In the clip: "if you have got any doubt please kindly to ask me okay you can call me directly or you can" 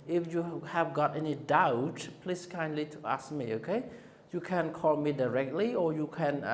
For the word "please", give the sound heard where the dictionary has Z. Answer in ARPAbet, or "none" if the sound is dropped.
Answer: S